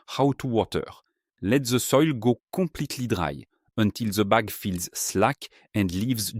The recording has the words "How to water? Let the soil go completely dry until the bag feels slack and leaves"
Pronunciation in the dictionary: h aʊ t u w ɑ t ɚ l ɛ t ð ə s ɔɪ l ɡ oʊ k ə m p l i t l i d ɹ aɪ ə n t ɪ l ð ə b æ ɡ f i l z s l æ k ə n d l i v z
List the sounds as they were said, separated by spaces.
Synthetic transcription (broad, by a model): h aʊ t u w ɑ t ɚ l ɛ t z ə s ɔɪ l ɡ oʊ k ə p l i t l i d ɹ aɪ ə n t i l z ə b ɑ ɡ f i l z s l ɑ k ə n d l i v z